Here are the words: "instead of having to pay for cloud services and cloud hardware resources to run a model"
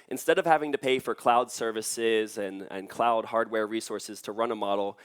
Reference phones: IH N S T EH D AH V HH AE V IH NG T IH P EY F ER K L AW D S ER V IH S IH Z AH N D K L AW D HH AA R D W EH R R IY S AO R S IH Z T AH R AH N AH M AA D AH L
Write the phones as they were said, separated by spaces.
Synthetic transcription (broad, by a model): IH N S T EH D AH V HH AE V IH NG T IH P EY F ER K L AW D S ER V IH S IH Z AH N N K L AW D HH AA R D W EH R R IY S AO R S IH Z T AH R AH N AH M AA D L